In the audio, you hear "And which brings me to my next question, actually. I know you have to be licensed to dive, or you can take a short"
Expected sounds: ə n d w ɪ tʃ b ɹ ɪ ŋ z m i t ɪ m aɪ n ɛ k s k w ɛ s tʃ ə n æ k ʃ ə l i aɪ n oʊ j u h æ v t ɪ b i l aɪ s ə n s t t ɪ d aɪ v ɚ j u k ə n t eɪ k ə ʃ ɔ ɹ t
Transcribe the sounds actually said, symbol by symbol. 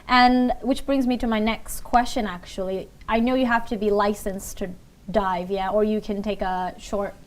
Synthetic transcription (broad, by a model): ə n w ɪ tʃ b ɹ ɪ ŋ z m i t ɪ m aɪ n ɛ k s k w ɛ s tʃ ə n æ k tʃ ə l i aɪ n oʊ j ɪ h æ f t ɪ b i l aɪ s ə n s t t ɪ d aɪ v ɚ j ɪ k ə n t eɪ k ə ʃ ɔ ɹ t